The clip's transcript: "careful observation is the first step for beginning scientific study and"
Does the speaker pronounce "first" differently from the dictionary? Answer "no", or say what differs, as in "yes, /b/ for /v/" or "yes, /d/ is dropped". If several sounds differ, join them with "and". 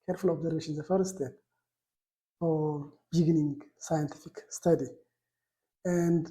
yes, /s/ is dropped